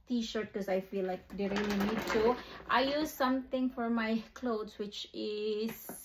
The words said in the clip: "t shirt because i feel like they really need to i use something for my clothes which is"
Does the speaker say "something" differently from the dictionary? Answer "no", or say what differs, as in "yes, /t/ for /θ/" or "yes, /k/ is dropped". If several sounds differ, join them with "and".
yes, /t/ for /θ/